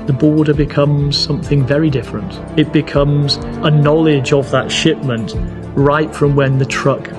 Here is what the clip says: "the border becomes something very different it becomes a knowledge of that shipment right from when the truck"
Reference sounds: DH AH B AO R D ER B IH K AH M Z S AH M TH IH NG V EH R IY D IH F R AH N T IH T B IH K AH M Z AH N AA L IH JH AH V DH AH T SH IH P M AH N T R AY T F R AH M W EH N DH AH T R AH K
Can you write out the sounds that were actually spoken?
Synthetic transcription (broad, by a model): DH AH B AO R D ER B IH K AH M Z S AH M TH IH NG V EH R IY D IH F R AH N T IH T B IH K AH M Z AH N AA L IH JH AH V DH AH T SH IH P M AH N T R AY T F R AH M W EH N DH AH T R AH K